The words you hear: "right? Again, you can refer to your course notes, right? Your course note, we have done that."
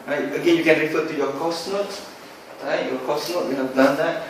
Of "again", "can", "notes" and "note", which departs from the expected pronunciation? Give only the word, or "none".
notes